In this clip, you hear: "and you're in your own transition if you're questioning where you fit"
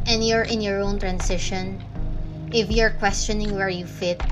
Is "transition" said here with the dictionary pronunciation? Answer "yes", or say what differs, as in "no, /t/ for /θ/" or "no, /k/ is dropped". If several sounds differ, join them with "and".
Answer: no, /s/ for /z/